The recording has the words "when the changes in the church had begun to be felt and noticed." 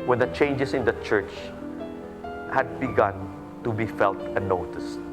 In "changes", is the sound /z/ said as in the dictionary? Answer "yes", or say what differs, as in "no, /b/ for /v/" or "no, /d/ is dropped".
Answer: no, /s/ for /z/